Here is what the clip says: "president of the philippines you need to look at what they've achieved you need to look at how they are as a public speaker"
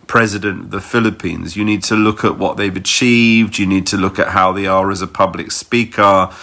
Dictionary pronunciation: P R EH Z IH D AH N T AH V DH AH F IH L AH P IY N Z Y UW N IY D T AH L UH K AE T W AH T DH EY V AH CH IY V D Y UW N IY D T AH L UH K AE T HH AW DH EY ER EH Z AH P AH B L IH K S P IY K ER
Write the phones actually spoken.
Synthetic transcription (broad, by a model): P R EH Z IH D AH N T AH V DH AH F IH L AH P IY N Z Y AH N IY D T AH L UH K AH T W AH T DH EY V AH CH IY V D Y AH N IY D T AH L UH K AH T HH AW DH EY ER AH Z AH P AH B L IH K S P IY K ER